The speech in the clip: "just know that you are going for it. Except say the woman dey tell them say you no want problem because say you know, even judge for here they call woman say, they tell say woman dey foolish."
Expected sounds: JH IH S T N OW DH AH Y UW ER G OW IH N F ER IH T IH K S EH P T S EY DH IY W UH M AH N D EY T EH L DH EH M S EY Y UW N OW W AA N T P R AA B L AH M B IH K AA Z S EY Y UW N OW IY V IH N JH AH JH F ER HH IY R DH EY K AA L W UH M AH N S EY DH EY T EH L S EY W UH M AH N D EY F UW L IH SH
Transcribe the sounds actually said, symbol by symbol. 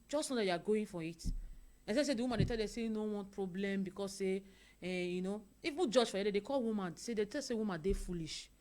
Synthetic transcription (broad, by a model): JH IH S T N OW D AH Y UW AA G OW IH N F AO IH T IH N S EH S EY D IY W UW M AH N D EY T EH L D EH S EY Y UW N OW W AA N T P R AA B L AH M B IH K AA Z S EY Y UW N OW IY W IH JH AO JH F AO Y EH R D EY K AA L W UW M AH N S EY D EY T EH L S EY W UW M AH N D EY F UW L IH SH